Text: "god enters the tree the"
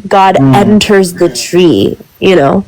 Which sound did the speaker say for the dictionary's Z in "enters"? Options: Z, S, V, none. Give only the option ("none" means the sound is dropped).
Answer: Z